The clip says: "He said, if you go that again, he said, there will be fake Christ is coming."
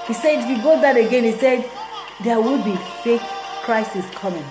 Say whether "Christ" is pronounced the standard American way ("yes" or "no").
no